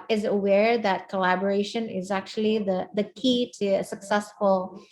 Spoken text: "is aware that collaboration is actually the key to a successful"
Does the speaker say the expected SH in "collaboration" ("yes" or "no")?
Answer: yes